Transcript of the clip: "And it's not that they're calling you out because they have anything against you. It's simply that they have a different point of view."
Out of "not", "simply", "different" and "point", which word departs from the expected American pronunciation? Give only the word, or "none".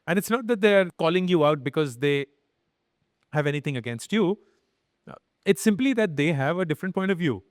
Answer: none